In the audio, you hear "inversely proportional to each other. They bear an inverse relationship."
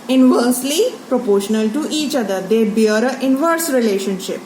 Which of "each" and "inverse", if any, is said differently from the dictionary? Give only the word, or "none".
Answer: none